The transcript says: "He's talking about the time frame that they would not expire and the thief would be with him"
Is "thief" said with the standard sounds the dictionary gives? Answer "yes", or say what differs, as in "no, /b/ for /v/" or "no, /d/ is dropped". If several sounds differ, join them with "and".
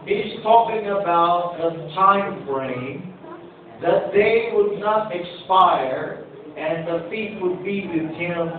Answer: no, /f/ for /θ/